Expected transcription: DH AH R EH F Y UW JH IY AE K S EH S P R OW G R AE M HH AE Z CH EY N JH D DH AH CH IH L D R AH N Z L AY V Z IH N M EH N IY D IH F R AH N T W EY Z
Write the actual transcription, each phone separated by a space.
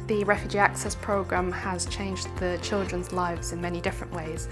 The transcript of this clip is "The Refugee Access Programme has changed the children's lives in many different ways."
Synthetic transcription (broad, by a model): DH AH R EH F Y UW JH IY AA K S EH S P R OW G R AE M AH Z CH EY N JH DH AH CH IH L D R AH N Z L AY V Z IH N M EH N IY D IH F R AH N T W EY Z